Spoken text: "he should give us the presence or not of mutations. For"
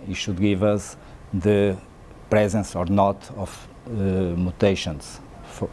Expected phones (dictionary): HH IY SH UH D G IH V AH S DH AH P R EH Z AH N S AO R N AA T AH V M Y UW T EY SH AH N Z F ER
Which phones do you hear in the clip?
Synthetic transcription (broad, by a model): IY SH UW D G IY V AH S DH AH P R EH Z AH N S AO R N AA T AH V M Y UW T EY SH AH N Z F